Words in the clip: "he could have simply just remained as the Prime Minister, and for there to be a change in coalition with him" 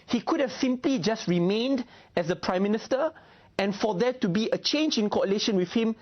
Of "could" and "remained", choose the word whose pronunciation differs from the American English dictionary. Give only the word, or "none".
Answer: none